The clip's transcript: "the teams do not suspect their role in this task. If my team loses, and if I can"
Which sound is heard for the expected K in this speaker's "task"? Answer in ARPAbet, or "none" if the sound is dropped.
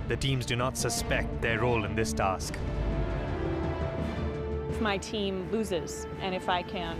K